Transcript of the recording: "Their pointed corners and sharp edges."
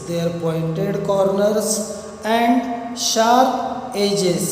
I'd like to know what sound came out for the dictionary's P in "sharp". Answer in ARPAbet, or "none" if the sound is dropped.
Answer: none